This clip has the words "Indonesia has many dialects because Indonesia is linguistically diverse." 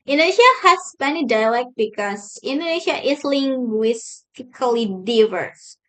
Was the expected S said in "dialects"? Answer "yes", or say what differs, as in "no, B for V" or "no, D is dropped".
no, S is dropped